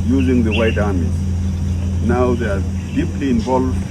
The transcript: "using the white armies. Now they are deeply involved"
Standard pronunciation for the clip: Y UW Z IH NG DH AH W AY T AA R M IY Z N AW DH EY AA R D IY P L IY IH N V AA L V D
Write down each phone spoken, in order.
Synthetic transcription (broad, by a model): Y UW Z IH NG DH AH W AY T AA R M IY N AW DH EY AA R D IY P L IY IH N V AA L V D